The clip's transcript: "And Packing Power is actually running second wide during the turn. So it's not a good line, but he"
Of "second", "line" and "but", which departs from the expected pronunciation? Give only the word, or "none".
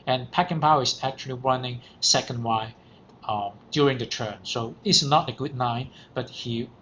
line